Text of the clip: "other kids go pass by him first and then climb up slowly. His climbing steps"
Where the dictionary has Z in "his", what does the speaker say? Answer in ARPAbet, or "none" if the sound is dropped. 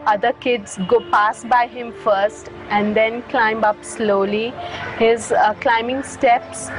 Z